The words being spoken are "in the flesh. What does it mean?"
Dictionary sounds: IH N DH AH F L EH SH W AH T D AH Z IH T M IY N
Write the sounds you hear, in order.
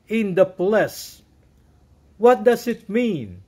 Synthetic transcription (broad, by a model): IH N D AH P L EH S W AH T D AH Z IH T M IY N